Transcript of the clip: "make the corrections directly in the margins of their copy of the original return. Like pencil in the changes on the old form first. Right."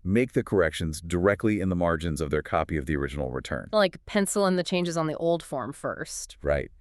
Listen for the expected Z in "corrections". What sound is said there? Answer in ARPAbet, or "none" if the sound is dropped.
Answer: Z